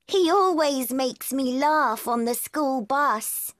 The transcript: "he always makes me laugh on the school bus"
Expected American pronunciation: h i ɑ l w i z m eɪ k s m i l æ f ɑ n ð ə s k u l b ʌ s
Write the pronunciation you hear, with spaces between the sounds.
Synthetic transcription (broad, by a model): h i ɑ l w i z m eɪ k s m i l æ f n ð ə s k u l b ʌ s